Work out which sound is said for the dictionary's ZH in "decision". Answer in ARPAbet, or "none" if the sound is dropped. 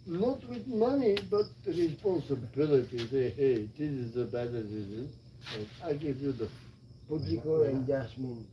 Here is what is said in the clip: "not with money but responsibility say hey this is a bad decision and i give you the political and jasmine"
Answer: Z